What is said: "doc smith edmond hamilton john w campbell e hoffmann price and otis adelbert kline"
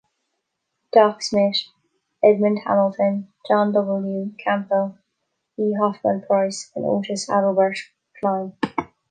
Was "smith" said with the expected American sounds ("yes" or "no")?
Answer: no